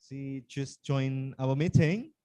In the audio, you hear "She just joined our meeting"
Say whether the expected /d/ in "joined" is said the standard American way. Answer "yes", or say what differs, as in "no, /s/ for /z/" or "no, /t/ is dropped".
no, /d/ is dropped